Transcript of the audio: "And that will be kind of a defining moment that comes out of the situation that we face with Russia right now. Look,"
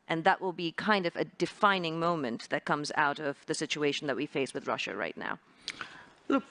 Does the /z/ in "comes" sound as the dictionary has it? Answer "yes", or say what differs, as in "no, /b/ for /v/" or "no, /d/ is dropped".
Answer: yes